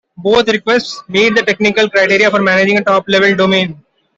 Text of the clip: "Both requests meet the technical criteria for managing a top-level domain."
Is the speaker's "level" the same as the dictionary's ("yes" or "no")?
yes